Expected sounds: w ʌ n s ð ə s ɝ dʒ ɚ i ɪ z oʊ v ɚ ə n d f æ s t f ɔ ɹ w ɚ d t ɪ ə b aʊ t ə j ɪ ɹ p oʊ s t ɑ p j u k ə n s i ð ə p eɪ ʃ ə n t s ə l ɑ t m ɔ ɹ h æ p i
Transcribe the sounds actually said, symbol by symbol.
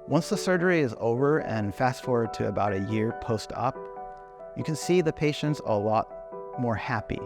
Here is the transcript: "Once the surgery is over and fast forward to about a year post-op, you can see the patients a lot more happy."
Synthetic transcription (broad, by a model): w ʌ n s ð ə s ɝ dʒ ɚ i ɪ z oʊ v ɚ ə n f æ s t f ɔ ɹ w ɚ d t ɪ ə b aʊ t ə j ɪ ɹ p oʊ s t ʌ p j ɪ k ə n s i ð ə p eɪ ʃ ə n t s ə l ɑ t m ɔ ɹ h æ p i